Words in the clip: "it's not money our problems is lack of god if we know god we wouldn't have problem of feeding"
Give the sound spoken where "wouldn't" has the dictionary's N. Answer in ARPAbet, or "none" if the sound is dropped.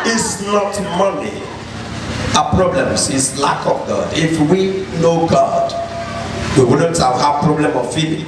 N